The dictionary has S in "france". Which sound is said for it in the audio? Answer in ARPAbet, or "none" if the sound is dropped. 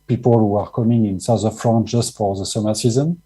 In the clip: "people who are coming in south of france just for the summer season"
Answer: none